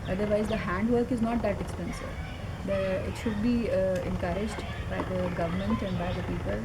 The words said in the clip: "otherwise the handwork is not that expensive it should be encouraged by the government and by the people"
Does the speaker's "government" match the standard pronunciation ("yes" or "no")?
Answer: yes